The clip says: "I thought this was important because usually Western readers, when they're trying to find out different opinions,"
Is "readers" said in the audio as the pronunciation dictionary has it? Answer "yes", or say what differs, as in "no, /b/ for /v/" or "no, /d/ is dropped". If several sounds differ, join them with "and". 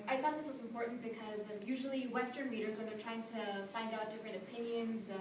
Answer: yes